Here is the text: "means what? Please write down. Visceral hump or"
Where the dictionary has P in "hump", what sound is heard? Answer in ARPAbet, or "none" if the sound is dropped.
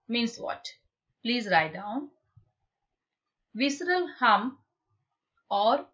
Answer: none